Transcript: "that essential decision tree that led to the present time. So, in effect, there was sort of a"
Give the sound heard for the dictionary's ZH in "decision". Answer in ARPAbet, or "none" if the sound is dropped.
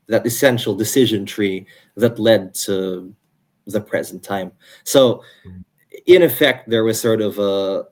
ZH